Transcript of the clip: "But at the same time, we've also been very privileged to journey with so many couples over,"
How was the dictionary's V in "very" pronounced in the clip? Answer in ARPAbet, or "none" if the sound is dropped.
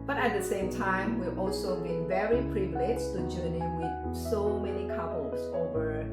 V